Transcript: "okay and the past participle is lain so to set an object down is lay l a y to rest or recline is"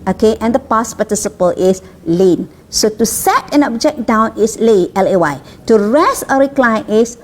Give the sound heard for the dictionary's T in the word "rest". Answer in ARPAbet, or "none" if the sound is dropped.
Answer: none